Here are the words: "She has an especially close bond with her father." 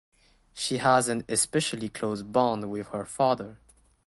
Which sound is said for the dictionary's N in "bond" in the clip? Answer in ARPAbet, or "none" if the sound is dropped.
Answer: N